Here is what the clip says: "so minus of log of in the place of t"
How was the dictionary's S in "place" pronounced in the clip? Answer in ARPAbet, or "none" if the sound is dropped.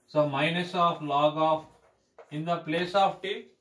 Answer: S